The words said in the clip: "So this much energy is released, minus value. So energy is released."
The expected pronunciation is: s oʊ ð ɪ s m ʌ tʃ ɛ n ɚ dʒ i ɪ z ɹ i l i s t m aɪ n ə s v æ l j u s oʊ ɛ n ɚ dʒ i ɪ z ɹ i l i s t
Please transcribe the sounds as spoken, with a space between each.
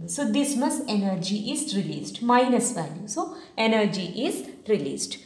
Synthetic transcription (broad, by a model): s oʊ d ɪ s m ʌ s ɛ n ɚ dʒ i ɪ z ɹ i l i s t m aɪ n ə s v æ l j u s oʊ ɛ n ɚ dʒ i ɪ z ɹ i l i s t